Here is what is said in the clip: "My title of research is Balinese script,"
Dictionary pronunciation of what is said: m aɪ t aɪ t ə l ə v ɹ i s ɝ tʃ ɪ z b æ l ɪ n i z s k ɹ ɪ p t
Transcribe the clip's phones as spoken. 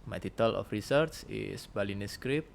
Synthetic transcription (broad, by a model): m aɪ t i t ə l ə f ɹ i s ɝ s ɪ s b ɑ l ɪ n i s k ɹ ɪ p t